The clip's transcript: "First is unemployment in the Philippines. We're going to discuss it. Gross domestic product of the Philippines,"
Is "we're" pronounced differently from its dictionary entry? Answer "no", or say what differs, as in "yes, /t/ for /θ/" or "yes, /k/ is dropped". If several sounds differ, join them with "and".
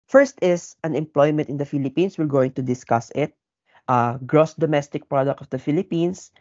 yes, /l/ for /ɹ/